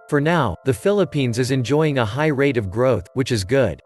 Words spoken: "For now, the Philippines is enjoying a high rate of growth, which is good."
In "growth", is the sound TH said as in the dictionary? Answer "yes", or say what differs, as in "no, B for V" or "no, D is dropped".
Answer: yes